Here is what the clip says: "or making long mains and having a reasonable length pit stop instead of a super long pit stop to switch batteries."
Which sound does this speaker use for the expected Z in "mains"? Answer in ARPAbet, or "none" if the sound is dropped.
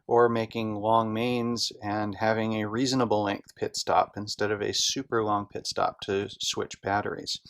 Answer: Z